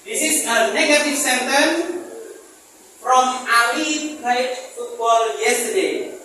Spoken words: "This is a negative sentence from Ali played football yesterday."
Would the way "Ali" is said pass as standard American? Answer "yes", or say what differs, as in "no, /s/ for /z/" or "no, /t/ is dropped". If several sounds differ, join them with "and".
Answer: no, /w/ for /l/